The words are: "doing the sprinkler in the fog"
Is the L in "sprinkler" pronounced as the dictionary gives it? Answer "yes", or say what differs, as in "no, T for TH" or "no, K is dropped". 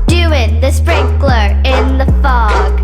yes